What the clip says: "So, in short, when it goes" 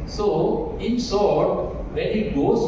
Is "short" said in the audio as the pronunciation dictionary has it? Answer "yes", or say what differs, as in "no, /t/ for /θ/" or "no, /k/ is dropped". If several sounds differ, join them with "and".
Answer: no, /s/ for /ʃ/